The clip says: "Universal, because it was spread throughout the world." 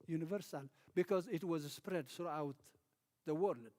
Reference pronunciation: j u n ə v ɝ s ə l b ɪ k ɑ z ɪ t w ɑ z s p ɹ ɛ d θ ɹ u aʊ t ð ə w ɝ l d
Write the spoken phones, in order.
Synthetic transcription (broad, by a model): j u n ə v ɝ s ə l b ɪ k ɑ z ɪ t w ɑ z s p ɹ ɛ d θ ɹ u aʊ t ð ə w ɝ l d